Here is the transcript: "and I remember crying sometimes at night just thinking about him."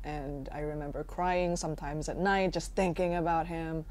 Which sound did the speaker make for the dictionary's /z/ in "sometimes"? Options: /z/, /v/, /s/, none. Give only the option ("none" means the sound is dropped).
/z/